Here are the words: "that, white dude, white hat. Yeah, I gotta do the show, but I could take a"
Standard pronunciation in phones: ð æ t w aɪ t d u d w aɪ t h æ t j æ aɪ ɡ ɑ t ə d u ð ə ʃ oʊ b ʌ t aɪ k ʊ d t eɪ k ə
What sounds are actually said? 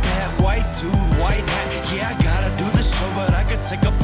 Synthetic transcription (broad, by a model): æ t w aɪ t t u w aɪ t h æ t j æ aɪ ɡ ɑ t ə d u ð ə s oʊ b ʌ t aɪ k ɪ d t eɪ k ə